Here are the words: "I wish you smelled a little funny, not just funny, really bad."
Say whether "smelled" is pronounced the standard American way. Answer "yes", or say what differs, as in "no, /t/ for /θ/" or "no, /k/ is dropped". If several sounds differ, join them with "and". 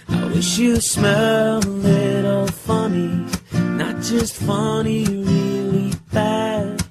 no, /d/ is dropped